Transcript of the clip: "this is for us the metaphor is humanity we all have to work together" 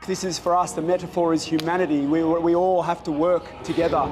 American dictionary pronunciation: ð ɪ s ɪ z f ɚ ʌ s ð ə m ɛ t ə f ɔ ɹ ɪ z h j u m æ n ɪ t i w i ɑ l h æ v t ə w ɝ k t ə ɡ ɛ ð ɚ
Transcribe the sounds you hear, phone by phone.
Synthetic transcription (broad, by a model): ð ɪ s ɪ z f ɚ ʌ s ð ə m ɛ t ə f ɔ ɹ ɪ z h j u m æ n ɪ t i w i ɑ l h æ f t ə w ɝ k t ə ɡ ɛ ð ɚ